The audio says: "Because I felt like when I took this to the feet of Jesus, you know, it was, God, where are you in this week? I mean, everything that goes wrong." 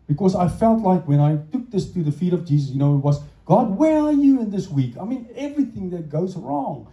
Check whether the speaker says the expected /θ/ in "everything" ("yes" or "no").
yes